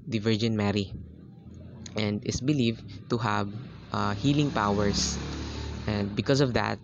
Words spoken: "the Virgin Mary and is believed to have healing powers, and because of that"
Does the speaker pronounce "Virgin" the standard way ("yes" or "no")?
yes